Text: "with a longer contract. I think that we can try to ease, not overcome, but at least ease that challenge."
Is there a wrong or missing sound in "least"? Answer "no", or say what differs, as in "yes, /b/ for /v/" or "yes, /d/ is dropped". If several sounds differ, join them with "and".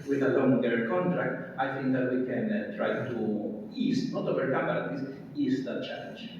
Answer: yes, /w/ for /l/ and /t/ is dropped